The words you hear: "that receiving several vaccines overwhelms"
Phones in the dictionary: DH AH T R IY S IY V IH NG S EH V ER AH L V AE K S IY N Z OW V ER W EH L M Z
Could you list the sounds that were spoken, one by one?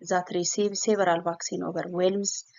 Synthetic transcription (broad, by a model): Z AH T R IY S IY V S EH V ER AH L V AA K S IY N OW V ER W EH L M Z